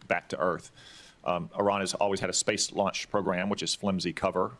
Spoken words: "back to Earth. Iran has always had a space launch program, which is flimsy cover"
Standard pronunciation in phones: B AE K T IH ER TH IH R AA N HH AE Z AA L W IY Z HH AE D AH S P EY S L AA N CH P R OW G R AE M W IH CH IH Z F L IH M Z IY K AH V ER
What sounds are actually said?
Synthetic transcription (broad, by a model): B AE K T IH ER TH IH R AA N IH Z AA L W IY Z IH D AH S P EY S L AA N CH P R OW G R AE M W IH CH IH Z F L IH M Z IY K AH V ER